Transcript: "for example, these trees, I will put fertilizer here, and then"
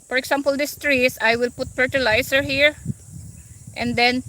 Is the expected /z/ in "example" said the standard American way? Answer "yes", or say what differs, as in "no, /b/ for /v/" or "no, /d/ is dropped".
no, /s/ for /z/